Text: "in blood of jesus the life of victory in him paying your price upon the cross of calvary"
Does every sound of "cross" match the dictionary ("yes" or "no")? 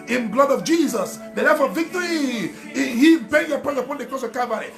no